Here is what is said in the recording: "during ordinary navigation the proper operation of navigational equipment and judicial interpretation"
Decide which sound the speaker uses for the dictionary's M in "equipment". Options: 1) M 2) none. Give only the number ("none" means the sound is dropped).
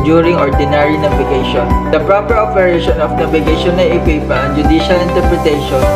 2